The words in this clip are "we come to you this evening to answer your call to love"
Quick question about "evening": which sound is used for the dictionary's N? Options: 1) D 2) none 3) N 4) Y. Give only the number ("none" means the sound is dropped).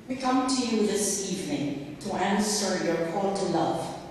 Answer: 3